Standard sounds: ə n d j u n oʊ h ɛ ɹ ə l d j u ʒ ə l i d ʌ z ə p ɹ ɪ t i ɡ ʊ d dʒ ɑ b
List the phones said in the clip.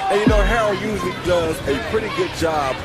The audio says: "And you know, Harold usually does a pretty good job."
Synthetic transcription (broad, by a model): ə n j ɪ n oʊ h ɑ ə j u z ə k d ʌ z ə p ɹ ɪ t i ɡ ʊ d dʒ ɑ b